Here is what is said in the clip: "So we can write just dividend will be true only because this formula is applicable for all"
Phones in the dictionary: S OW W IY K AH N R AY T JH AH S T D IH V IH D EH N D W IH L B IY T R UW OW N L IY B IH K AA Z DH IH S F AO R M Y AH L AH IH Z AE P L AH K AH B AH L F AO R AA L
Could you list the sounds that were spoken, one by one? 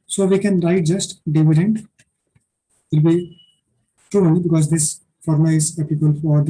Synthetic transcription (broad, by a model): S OW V IY K AH N R AY T JH AH S T D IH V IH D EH N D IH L B IY T UW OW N IY B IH K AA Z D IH S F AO R M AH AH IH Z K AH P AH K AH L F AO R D